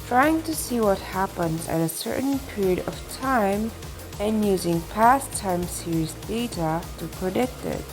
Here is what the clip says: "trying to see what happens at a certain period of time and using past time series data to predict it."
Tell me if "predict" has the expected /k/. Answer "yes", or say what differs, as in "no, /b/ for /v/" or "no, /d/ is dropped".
yes